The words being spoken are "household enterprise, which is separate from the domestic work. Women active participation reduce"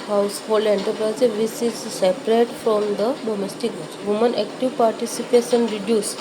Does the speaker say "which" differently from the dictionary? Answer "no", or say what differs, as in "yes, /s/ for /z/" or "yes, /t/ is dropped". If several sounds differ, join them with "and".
yes, /s/ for /tʃ/